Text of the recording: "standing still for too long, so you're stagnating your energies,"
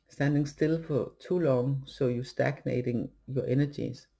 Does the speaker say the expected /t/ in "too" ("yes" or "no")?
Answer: no